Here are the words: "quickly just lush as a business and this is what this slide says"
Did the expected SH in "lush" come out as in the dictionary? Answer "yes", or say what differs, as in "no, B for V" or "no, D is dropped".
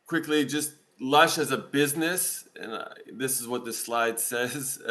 yes